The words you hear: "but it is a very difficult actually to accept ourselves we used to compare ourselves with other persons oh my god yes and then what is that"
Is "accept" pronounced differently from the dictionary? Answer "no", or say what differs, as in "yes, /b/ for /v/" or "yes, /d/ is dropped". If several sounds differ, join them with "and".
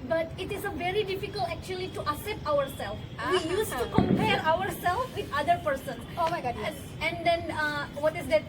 yes, /k/ is dropped